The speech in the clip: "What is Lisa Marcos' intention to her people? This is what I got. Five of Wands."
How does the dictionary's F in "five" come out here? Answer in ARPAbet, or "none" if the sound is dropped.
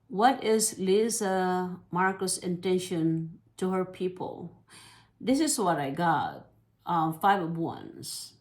F